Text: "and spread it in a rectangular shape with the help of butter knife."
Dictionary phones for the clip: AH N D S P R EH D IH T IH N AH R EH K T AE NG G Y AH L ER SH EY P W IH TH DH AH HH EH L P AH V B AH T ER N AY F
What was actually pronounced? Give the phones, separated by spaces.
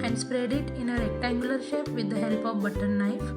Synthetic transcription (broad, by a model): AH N D S P R EH D IH T IH N AH R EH K T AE G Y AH L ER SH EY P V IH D AH HH EH L P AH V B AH T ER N AY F